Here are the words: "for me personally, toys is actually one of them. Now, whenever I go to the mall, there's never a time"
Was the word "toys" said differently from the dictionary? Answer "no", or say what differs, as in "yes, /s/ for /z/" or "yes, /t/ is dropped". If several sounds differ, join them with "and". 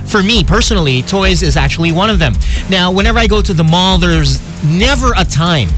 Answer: no